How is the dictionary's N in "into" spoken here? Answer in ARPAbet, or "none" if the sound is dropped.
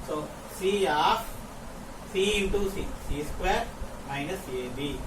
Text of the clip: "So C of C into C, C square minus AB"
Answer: none